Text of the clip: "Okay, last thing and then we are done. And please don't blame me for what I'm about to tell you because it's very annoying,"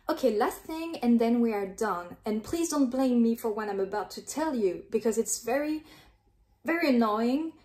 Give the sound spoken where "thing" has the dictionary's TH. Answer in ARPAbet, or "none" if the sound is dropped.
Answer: TH